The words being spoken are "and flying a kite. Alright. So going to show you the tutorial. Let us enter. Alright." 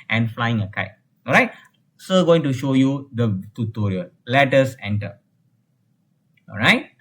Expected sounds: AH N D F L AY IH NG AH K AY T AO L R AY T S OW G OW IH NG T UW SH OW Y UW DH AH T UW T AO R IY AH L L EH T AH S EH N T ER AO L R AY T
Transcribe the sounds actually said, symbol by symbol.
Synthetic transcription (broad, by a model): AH N F L AY IH NG AH K AY T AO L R AY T S OW G OW IH NG T UW SH OW Y UW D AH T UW T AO R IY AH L L EH T AH S EH N T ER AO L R AY T